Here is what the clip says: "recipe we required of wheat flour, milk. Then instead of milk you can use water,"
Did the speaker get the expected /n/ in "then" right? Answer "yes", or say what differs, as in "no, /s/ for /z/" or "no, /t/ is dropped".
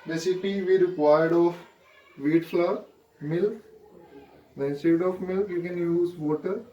no, /n/ is dropped